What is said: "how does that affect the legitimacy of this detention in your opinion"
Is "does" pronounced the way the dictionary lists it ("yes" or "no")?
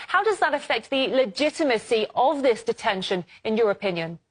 yes